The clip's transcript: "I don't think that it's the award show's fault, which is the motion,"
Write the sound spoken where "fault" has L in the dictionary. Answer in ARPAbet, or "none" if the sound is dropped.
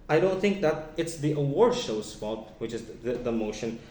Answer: none